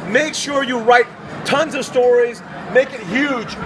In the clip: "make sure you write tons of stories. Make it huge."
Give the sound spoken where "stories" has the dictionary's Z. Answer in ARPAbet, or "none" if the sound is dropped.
Z